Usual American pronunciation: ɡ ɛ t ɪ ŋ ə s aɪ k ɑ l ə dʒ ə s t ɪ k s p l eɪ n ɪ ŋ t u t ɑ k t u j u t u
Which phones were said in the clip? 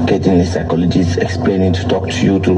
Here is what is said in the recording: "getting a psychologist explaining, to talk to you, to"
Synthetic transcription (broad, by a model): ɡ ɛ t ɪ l ə s aɪ k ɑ l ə dʒ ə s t ɪ k s p l eɪ n ɪ ŋ t u t ɑ k t u j u t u